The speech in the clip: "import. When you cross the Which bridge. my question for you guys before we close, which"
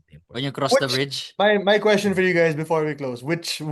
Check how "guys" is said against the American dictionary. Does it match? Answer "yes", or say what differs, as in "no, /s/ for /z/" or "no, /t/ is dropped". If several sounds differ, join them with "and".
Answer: yes